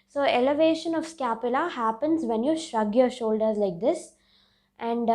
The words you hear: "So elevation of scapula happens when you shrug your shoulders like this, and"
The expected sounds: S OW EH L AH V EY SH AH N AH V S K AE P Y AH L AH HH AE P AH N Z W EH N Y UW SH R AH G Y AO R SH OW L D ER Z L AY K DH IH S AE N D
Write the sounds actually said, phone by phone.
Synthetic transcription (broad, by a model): S OW EH L AH V EY SH AH N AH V S K AE P Y AH L AH HH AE P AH N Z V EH N Y UW SH R AH G Y AO R SH OW L D ER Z L AY K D IH S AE N D